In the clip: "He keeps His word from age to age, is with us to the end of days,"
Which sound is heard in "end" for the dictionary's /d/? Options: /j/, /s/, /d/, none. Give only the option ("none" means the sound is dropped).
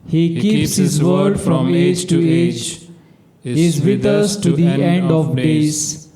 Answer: /d/